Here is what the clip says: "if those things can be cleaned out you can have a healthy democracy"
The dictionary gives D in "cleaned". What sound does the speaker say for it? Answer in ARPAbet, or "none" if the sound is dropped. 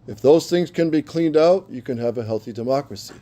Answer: D